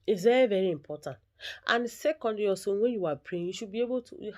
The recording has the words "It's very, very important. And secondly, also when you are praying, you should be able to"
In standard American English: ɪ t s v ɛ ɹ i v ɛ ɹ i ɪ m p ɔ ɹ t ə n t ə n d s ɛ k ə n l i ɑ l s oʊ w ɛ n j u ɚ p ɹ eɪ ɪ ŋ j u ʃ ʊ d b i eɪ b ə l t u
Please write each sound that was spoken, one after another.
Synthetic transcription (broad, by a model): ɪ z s v ɛ ɹ i v ɛ ɹ i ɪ m p ɔ t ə n t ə n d s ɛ k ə n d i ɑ s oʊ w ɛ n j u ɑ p ɹ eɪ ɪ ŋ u ʃ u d b i eɪ b ə l t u